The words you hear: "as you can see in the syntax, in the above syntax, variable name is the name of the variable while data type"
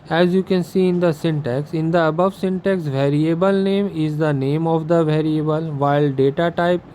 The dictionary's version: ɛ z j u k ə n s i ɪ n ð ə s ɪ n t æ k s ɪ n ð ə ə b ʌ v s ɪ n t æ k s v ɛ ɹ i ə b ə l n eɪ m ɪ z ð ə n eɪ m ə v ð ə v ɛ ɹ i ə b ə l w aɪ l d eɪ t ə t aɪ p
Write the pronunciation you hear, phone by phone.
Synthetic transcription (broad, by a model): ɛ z j u k ə n s i ɪ n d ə s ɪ n t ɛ k s ɪ n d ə ə b ʌ v s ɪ n t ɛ k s v ɛ ɹ i ə b ə l n eɪ m ɪ z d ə n eɪ m ə v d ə v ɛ ɹ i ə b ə l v aɪ l d eɪ t ə t aɪ p